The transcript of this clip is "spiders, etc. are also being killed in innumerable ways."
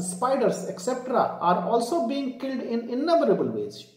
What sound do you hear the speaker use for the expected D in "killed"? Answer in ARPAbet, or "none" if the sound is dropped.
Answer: D